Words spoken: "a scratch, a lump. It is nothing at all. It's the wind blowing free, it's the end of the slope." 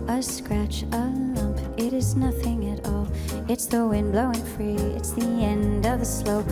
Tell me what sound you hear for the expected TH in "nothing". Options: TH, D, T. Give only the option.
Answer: TH